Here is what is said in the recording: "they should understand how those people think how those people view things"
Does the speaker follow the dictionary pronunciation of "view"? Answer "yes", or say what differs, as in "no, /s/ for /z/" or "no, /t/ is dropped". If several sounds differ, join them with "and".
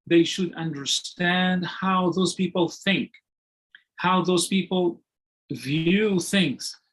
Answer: yes